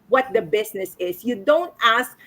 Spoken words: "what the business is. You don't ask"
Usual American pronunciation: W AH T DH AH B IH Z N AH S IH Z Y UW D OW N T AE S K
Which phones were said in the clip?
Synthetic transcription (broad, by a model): W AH T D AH B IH S N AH S IH S Y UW D OW N T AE S K